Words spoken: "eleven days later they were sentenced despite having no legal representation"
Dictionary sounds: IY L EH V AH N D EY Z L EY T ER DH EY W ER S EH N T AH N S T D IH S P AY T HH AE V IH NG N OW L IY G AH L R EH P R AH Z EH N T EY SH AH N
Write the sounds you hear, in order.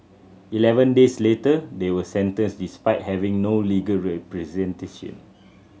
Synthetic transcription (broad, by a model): IY L EH V AH N D EY S L EY T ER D EY W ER S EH N T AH N S D IH S P AY T HH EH V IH NG N OW L IY G AH L R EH P R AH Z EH N T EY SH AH N